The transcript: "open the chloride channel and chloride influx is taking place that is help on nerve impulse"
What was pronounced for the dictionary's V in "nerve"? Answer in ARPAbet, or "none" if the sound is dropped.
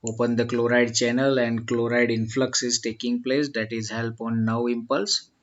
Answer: none